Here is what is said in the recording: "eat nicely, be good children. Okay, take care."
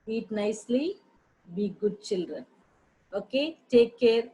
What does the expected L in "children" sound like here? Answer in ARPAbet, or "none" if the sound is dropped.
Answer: L